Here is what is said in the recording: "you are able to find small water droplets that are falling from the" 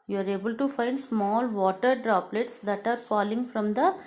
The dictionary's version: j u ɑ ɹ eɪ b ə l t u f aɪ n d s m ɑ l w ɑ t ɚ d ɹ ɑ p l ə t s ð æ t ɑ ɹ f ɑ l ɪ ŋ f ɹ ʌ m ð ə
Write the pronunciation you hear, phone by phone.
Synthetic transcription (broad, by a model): j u ɑ ɹ eɪ b ə l t u f aɪ n d s m ɑ l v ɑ t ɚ d ɹ ɑ p l ə t s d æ t ɑ ɹ f ɑ l ɪ ŋ f ɹ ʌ m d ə